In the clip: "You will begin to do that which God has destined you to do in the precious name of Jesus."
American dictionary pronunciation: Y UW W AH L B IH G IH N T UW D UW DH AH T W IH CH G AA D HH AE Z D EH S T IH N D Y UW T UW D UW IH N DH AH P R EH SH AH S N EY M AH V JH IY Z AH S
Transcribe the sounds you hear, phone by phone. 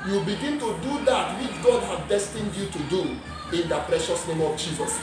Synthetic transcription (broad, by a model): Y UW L B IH G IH N T UW D UW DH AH T W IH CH G AA D HH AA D D EH S T IH N D Y UW T UW D UW IH N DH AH P R EH SH AH S N EY M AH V JH IY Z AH S